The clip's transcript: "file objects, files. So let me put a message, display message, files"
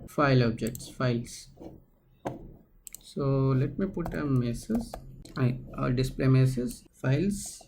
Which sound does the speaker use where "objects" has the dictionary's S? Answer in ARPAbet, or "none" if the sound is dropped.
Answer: S